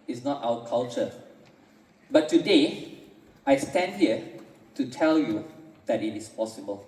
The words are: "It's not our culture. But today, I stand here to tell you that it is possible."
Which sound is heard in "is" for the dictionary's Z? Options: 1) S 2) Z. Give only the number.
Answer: 1